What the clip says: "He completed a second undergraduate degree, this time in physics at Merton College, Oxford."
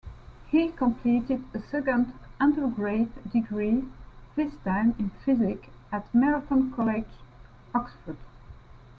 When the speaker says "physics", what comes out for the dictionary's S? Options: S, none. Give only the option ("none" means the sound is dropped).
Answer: none